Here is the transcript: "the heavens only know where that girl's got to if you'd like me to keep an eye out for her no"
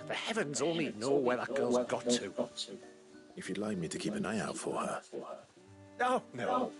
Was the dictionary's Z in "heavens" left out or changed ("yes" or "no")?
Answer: no